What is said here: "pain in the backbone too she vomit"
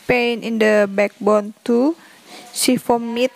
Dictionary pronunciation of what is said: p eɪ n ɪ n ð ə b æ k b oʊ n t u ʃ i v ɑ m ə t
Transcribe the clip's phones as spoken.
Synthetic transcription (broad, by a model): p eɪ n ɪ n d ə b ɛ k b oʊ n t u s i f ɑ m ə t